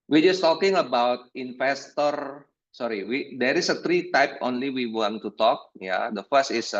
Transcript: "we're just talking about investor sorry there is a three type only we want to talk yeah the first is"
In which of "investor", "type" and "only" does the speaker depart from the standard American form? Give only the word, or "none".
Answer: investor